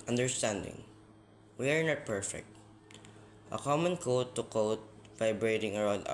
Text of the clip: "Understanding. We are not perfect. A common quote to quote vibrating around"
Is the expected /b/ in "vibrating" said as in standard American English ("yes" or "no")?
yes